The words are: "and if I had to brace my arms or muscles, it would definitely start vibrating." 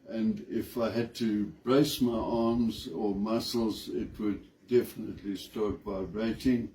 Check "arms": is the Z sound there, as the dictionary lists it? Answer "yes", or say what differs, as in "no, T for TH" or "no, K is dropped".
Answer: yes